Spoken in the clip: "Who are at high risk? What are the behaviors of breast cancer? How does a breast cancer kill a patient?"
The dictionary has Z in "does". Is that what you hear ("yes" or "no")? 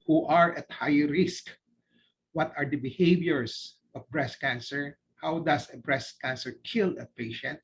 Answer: no